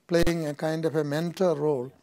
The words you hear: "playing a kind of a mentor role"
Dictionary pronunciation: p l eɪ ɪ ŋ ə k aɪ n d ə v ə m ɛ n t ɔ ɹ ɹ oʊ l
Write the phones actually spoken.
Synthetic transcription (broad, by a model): p l eɪ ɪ ŋ ə k aɪ n d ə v ə m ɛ n t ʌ l ɹ oʊ l